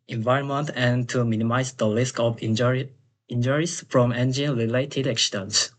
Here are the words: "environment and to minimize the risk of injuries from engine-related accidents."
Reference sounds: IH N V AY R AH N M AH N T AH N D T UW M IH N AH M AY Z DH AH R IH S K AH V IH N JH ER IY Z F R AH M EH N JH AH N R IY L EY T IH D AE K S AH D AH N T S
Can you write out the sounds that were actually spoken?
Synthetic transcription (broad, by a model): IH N V AY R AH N M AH N T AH N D T UW M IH N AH M AY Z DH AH L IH S K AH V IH N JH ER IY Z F R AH M EH N JH AH N R IY L EY T IH D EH K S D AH N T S